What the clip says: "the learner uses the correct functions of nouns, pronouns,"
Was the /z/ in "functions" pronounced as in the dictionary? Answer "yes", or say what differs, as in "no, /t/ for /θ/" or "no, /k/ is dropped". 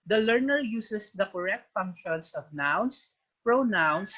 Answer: no, /s/ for /z/